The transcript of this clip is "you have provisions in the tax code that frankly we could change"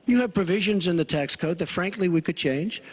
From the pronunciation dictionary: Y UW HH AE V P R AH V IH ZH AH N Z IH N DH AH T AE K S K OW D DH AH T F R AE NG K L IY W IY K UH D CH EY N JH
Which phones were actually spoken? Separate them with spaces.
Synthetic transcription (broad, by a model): Y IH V P R AH V IH ZH AH N Z IH N DH AH T AE K S K OW D DH AH T F R AE NG K L IY W IY K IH D CH EY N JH